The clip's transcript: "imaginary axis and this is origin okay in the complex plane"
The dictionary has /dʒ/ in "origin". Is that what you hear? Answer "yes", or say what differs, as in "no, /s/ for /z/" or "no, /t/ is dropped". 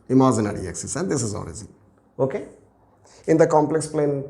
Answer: no, /z/ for /dʒ/